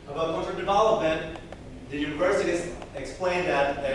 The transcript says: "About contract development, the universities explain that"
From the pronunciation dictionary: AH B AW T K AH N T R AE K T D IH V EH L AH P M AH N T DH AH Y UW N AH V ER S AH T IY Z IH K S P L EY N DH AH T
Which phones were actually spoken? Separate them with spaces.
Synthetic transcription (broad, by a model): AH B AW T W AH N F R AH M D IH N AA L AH M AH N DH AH Y UW N AH V ER S AH T IY Z IH K S P L EY N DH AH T